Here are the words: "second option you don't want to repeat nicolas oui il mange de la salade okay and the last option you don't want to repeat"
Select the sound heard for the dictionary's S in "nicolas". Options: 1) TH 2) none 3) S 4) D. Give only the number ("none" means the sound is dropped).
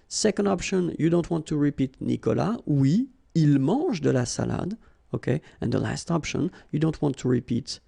2